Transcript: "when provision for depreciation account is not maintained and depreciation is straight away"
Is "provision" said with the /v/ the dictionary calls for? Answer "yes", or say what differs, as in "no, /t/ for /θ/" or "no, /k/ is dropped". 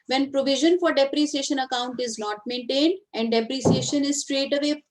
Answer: yes